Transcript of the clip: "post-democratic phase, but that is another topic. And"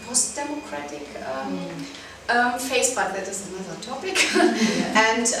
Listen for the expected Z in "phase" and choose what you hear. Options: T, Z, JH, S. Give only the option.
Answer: S